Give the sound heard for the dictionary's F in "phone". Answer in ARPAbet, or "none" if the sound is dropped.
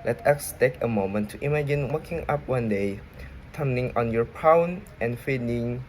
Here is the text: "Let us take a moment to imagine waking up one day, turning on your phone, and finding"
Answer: P